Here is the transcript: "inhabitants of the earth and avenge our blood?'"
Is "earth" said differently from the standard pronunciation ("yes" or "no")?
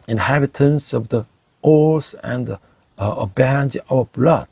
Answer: yes